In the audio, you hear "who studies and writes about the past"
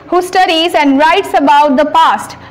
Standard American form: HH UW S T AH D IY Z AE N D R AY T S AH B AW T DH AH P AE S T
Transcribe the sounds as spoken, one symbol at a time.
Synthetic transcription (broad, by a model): HH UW S T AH D IY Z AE N D R AY T S AH B AW T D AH P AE S T